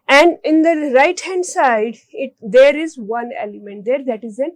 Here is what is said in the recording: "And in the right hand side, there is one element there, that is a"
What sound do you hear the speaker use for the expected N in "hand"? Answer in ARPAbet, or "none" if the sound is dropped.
N